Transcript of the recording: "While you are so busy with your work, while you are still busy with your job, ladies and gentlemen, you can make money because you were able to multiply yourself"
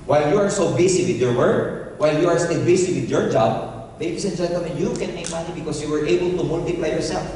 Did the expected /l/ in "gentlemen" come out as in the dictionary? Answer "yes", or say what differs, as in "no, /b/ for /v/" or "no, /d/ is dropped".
no, /l/ is dropped